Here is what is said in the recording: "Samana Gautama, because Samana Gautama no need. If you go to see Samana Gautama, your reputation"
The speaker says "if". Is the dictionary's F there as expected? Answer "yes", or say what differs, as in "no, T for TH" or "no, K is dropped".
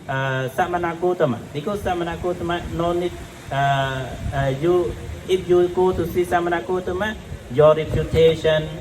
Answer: no, P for F